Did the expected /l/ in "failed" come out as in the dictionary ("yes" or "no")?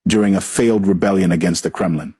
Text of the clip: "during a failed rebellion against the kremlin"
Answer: yes